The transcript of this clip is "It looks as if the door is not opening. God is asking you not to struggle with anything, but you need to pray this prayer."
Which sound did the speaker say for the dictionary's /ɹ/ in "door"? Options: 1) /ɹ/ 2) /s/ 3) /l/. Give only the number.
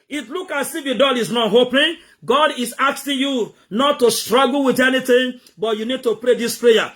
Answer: 3